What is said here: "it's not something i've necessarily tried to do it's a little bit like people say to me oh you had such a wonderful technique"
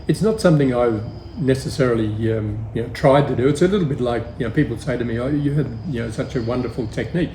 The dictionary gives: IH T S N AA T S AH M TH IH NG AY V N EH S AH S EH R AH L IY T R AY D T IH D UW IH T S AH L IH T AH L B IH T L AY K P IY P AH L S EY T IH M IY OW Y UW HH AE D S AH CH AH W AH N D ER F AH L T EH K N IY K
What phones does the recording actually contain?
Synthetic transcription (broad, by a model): IH T S N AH T S AH M TH IH NG AY V N EH S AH S EH R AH N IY T R AY D T IH D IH IH T S AH L IH T L B IH T L AY K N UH P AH L S EY T IH M IY OW Y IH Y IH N S AH CH AH W AH N D ER F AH L T EH K N IY K